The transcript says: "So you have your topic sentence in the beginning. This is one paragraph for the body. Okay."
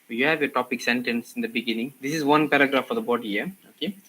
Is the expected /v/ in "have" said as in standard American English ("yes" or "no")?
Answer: yes